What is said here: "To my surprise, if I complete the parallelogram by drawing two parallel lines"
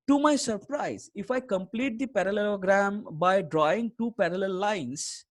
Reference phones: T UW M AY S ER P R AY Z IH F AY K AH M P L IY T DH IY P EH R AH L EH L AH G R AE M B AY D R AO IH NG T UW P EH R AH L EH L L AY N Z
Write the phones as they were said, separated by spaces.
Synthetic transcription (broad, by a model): T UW M AY S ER P R AY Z IH F AY K AH M P L IY T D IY P EH R AH L EH L AH G R AE M B AY D R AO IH NG T UW P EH R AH L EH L L AY N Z